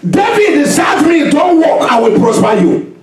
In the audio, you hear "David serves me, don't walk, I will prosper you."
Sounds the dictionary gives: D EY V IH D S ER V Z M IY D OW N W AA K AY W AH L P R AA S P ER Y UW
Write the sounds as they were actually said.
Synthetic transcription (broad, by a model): D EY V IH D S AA Z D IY D OW N W AA K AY W AH L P R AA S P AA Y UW